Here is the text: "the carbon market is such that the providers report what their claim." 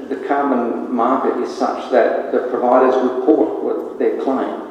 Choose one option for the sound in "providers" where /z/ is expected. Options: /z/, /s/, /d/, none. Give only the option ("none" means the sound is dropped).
/z/